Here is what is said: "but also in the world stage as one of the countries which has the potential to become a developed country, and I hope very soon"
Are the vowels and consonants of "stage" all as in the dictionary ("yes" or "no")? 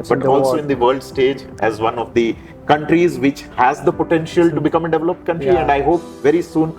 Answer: yes